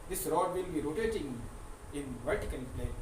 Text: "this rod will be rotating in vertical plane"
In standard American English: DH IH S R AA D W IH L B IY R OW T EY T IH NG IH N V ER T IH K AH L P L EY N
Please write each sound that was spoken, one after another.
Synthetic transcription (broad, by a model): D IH S R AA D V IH L B IY R OW T EY T IH NG IH N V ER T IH K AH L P L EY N